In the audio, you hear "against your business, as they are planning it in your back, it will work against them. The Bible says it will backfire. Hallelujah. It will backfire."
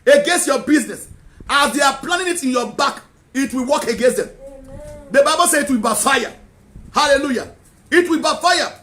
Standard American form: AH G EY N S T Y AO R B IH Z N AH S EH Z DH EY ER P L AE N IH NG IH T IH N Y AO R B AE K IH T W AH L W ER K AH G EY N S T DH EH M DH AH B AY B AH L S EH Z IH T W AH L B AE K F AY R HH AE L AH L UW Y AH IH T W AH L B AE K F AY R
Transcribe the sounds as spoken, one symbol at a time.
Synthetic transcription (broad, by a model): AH G EY N S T Y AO B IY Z N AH S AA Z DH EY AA P L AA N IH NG IH T IH N Y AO B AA K IH T W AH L W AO K AH G EY N S T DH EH M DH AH B AY B AH L S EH IH T W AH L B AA F AY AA HH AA L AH L UW Y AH IH T W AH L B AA F AY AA